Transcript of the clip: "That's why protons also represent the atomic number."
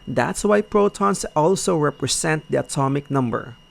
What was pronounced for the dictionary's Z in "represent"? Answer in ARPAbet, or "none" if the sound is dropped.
S